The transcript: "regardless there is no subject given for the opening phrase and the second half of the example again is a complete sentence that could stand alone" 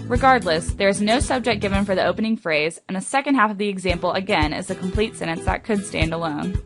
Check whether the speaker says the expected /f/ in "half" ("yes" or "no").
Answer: yes